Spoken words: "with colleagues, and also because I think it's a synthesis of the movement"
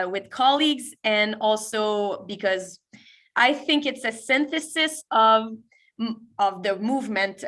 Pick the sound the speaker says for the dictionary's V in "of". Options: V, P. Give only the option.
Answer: V